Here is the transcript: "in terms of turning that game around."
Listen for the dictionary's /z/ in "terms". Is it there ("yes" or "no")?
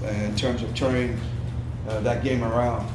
yes